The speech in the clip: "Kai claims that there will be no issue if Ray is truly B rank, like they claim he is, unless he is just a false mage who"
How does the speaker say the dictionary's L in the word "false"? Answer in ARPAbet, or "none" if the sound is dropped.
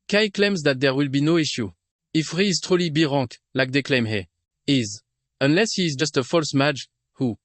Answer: L